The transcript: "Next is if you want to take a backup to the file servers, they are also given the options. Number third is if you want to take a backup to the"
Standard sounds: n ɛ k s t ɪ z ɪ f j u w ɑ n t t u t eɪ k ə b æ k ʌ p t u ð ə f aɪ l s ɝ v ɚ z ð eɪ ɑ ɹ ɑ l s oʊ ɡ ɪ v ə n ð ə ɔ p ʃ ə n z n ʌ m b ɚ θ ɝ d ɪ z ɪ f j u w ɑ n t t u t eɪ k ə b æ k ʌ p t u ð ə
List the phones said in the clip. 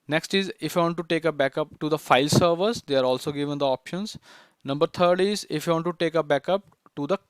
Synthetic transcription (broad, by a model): n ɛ k s t ɪ z ɪ f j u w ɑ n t t u t eɪ k ə b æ k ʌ p t u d ə f aɪ l s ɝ v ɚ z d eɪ ɑ ɹ ɑ l s oʊ ɡ ɪ v ə n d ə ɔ p ʃ ə n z n ʌ m b ɚ t ɝ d ɪ z ɪ f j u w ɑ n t t u t eɪ k ə b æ k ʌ p t u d ə